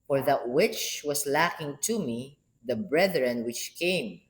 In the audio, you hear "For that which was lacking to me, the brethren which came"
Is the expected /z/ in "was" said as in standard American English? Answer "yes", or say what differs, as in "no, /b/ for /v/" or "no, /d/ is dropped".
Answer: no, /s/ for /z/